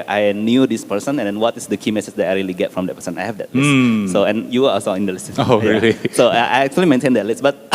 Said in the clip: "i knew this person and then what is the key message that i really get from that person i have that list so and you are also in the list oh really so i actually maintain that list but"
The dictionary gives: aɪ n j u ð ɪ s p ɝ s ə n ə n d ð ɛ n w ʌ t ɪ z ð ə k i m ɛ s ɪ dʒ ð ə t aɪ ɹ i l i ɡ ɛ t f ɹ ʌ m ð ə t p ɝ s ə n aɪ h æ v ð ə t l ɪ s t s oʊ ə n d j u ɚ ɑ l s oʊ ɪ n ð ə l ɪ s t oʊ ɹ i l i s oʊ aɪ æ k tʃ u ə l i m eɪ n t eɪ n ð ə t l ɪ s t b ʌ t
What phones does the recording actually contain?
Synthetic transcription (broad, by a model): aɪ n j u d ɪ s p ɝ s ə n ə n d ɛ n w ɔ t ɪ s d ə k i m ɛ s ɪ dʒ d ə t aɪ ɹ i l i ɡ ɛ t f ɹ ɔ m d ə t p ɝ s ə n aɪ h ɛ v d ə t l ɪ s s oʊ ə n j u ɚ ɑ l s oʊ ɪ n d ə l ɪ s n oʊ ɹ i l i s oʊ aɪ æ k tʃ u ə l i m eɪ n t eɪ n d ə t l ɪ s b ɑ t